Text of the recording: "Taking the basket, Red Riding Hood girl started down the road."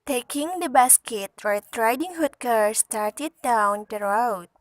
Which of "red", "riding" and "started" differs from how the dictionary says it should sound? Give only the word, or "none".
red